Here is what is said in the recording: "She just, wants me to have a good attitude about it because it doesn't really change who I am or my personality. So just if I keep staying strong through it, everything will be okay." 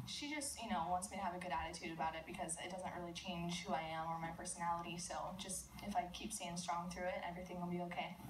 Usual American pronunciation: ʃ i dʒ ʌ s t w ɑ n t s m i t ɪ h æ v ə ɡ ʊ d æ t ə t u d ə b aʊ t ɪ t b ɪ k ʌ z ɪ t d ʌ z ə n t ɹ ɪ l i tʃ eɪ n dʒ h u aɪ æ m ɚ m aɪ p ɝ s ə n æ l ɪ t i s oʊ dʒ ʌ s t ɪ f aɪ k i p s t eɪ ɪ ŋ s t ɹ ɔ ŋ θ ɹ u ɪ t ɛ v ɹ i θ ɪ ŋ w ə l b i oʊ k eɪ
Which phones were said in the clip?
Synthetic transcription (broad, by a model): ʃ i dʒ ʌ s t w ɑ n t s m i t ɪ v ə ɡ ʊ d æ t ə t u d ə b aʊ t ɪ t b ɪ k ʌ z ɪ t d ʌ z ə n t ɹ ɪ l i tʃ eɪ n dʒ h u aɪ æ m ɚ m aɪ p ɝ s ə n æ l ɪ t i s oʊ dʒ ʌ s t ɪ f aɪ k i p s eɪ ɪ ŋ s t ɹ ɔ ŋ θ ɹ u ɪ t ɛ v ɹ i θ ɪ ŋ w ə l b i oʊ k eɪ